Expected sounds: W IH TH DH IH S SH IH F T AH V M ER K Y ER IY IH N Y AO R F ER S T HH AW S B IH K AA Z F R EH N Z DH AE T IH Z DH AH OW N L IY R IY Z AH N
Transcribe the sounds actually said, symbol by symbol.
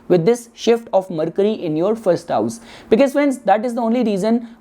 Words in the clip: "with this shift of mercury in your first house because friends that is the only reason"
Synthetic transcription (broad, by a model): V IH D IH S SH IH F T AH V M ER K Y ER IY IH N Y AO R F ER S T HH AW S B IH K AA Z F EH N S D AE T IH Z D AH OW N L IY R IY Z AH N